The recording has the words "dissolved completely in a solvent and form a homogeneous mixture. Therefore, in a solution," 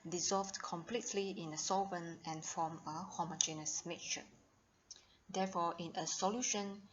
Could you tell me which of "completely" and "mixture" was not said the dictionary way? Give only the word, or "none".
mixture